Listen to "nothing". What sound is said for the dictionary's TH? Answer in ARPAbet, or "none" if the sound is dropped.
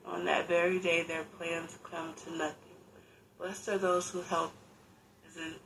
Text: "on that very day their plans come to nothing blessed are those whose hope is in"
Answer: TH